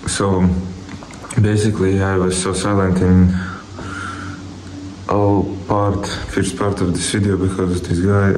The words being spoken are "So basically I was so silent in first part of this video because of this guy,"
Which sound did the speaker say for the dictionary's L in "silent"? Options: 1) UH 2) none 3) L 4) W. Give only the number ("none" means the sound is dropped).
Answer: 3